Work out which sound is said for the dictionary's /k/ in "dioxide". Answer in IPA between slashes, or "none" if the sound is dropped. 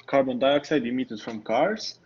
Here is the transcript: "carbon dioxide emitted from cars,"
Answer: /k/